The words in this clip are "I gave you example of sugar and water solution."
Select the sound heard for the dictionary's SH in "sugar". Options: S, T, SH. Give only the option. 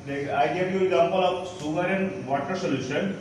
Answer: S